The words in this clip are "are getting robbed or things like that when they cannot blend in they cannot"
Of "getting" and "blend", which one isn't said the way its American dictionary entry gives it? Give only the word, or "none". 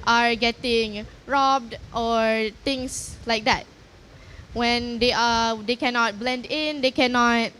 none